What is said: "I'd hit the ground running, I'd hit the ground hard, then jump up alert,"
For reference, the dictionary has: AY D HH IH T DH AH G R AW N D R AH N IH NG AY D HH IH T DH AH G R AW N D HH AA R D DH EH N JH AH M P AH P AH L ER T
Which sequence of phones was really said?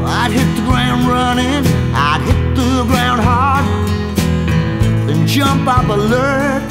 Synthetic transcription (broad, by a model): AY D HH IH T DH AH G R AW N D R AH N IH NG AY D HH IH T DH AH G R AW N D HH AA R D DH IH N JH AH M P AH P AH L ER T